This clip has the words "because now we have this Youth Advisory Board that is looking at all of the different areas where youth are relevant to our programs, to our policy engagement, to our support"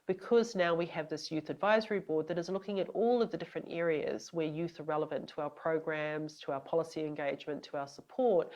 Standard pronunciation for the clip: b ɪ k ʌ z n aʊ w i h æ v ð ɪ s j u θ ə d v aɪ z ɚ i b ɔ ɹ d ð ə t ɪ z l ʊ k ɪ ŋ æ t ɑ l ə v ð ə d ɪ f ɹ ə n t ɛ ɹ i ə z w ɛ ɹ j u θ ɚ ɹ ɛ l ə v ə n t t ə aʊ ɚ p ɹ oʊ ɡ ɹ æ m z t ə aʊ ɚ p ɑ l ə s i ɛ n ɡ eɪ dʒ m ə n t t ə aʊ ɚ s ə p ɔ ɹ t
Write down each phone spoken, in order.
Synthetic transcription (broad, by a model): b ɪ k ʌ z n aʊ w i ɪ v ð ɪ s j u θ ə d v aɪ z ɚ i b ɔ ɹ d ð ə t ɪ z l ʊ k ɪ ŋ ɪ t ɑ l ə v ð ə d ɪ f ɹ ə n t ɛ ɹ i ə z w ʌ ɹ j u θ ɚ ɹ ɛ l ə v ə n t t ə aʊ ɚ p ɹ oʊ ɡ ɹ æ m z t ə aʊ ɚ p ɑ l ə s i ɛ n ɡ eɪ dʒ m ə n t t ə aʊ ɚ s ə p ɔ ɹ t